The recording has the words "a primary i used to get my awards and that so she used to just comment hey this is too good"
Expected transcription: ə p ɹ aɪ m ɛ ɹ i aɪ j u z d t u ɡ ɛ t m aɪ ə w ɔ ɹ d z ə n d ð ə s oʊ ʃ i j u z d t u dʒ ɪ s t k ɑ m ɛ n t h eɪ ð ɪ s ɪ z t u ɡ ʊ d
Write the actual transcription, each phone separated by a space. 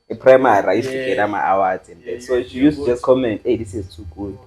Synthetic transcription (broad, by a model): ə p ɹ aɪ m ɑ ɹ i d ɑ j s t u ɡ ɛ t m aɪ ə w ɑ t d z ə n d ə s oʊ ʃ i j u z t u dʒ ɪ s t k ɑ m ɛ n t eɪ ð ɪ s ɪ z t u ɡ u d